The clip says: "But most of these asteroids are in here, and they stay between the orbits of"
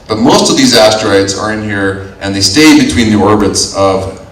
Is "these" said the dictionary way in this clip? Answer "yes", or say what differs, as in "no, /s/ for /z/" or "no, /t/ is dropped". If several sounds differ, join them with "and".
yes